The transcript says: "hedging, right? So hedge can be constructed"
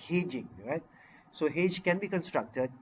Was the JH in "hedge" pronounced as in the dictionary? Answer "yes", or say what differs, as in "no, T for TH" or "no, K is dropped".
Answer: yes